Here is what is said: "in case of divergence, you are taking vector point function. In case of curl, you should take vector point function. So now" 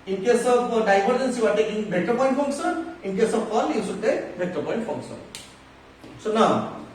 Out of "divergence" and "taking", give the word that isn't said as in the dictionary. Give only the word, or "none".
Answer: divergence